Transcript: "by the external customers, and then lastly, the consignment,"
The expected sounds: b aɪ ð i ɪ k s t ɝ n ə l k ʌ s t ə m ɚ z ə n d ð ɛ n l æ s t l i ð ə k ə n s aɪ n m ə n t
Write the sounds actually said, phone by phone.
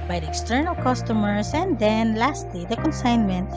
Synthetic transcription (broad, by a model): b aɪ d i ɪ k s t ɝ n ə l k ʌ s t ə m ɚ s ə n d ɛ n l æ s t l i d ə k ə n s aɪ n m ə n t